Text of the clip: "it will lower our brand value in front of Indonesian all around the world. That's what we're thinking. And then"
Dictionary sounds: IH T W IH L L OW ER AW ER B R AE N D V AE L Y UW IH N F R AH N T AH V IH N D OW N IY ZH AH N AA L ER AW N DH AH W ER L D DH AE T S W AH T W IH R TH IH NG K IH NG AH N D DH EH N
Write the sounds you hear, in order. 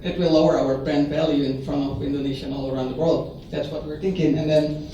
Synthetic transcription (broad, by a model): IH T W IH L L OW ER AW ER B R AE N D V AE L Y UW IH N F R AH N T AH V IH N D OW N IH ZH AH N AA L ER AW N DH AH W ER L D DH AE T S W AH T W IH R TH IH NG K IH NG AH N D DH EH N